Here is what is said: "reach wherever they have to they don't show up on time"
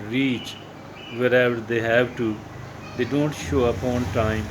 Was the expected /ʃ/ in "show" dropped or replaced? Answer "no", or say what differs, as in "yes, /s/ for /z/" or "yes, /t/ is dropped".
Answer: no